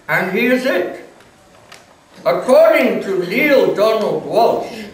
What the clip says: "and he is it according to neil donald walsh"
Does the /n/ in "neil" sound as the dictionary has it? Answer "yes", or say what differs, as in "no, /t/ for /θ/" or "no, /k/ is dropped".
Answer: no, /l/ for /n/